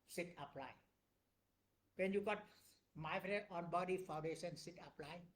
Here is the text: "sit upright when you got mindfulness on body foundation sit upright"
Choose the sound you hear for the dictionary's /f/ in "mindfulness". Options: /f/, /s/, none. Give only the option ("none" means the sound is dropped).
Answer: none